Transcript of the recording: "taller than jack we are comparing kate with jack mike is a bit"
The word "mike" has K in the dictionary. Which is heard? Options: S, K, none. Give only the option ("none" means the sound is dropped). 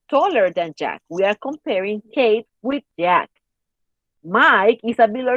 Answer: K